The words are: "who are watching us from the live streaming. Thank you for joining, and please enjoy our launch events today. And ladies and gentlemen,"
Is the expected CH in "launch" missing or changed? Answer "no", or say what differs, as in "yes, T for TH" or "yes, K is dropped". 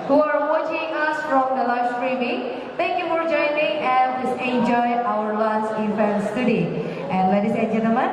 yes, S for CH